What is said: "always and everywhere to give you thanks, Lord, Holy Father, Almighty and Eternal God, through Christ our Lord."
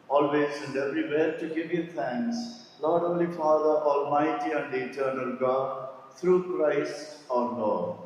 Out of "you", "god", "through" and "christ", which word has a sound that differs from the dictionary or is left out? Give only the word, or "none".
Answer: through